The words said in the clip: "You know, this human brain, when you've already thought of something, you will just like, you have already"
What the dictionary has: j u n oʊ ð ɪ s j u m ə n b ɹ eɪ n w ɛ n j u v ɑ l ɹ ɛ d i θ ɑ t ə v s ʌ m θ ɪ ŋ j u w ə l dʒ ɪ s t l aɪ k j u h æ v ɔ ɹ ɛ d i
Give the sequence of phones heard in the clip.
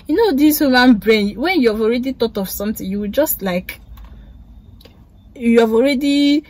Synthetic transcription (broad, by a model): j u n oʊ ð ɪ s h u m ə n b ɹ eɪ n w ɛ n j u v ɑ l ɹ ɛ d i t ɑ t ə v s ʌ m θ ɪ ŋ j u w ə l dʒ ɪ s t l aɪ k j u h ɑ v ɔ ɹ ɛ d i